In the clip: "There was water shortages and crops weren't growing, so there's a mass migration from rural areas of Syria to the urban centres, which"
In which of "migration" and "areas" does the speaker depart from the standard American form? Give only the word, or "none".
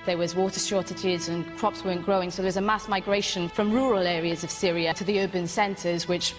none